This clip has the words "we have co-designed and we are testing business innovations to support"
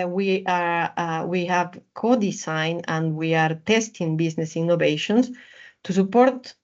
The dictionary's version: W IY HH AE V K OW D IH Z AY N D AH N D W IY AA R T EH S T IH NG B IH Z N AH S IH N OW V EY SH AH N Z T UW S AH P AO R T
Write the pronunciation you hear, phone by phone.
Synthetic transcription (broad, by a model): W IY HH AE V K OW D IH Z AY N AH N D W IY AA R T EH S T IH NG B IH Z N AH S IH N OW V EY SH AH N S T UW S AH P AO R T